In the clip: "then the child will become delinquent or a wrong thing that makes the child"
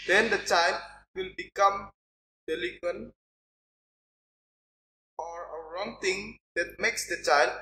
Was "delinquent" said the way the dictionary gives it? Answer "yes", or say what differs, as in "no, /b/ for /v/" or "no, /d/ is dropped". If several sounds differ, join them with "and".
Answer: no, /ŋ/ is dropped